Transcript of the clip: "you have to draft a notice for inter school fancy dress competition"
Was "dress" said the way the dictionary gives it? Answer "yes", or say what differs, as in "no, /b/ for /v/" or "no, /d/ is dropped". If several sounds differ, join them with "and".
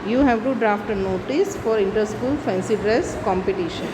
yes